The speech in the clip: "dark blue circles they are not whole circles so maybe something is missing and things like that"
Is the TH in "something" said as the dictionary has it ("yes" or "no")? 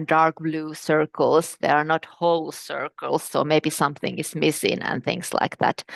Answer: yes